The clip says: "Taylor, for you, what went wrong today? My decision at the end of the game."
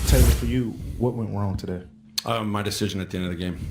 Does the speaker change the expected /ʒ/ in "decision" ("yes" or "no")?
no